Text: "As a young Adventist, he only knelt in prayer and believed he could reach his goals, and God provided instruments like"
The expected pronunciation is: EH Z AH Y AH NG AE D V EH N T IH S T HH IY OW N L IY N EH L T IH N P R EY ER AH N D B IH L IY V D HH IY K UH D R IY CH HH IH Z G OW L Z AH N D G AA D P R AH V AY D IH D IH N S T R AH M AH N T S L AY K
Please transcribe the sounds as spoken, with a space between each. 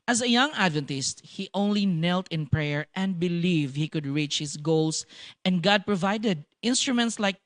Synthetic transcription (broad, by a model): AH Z AH Y AH NG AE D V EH N T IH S T HH IY OW N L IY N EH L T IH N P R EY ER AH N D B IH L IY V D HH IY K UH D R IY CH HH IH S G OW L S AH N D G AA D P R AH V AY D IH D IH N S T R AH M AH N T S L AY K